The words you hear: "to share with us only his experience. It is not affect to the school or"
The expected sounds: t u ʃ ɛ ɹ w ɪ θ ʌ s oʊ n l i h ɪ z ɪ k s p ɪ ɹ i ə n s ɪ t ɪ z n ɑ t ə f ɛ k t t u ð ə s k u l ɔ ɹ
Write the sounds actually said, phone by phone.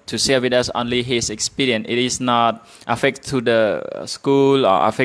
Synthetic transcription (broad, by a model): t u s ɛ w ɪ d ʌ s oʊ n l i h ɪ s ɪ k s p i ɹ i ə n ɪ t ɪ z n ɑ t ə f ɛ k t t u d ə s k u l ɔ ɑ